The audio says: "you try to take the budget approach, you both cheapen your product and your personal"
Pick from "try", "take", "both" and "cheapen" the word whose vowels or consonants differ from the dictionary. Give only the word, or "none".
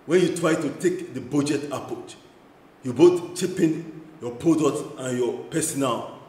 both